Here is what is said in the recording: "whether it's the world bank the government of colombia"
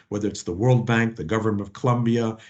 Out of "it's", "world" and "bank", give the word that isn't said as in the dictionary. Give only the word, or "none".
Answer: none